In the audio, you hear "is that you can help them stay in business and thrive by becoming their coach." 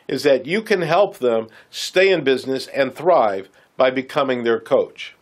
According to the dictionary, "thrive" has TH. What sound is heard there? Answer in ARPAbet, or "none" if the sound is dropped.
TH